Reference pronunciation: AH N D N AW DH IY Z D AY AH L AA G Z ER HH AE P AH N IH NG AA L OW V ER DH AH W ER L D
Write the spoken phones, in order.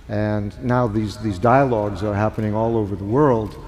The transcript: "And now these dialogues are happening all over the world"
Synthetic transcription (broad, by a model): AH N N AW DH IY Z D AY AH L AA G Z ER HH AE P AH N IH NG AA L OW V ER DH AH W ER L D